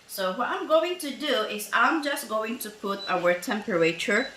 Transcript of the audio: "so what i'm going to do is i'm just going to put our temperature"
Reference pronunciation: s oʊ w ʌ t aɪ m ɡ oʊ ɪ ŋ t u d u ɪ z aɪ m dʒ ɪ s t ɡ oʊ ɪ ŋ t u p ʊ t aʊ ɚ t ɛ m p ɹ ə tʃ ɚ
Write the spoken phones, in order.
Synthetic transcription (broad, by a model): s oʊ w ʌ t aɪ m ɡ oʊ ɪ ŋ t u d u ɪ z aɪ m dʒ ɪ s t ɡ oʊ ɪ ŋ t u p ʊ t aʊ ɚ t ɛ m p ɹ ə tʃ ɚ